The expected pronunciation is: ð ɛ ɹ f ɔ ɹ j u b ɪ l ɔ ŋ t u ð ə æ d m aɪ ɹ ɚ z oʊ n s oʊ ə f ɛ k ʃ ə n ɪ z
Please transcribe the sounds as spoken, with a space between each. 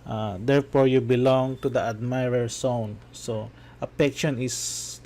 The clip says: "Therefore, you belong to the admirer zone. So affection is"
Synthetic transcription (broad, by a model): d ɛ ɹ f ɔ ɹ j u b ɪ l ɔ ŋ t u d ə æ d m aɪ ɹ ɚ s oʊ n s oʊ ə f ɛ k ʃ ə n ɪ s